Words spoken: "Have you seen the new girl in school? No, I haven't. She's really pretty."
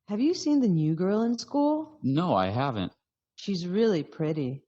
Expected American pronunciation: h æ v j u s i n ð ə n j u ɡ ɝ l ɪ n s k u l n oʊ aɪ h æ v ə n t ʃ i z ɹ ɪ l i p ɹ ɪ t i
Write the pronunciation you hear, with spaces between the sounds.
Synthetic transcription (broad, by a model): h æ v j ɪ s i n ð ə n j u ɡ ɝ l ɪ n s k u l n oʊ aɪ h æ v ə n t ʃ i z ɹ ɪ l i p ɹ ɪ t i